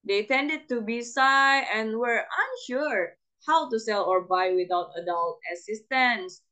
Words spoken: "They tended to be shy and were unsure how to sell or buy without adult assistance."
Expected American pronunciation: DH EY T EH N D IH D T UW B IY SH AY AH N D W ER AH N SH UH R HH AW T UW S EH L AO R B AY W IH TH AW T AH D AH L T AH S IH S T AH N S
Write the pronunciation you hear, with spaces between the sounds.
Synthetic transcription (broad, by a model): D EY T EH N D IH D T UW B IY S AY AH N W ER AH N SH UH R HH AW T UW S EH L AO R B AY W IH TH AW T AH D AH L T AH S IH S T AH N S